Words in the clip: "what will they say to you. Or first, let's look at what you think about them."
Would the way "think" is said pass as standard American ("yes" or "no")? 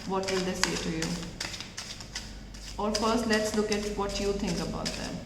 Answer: no